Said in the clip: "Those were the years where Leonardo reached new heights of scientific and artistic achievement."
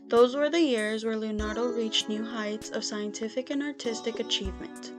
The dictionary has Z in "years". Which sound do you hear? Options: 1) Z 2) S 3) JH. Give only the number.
1